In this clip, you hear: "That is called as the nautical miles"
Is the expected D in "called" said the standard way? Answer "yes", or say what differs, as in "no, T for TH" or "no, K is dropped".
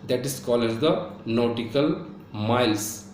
no, D is dropped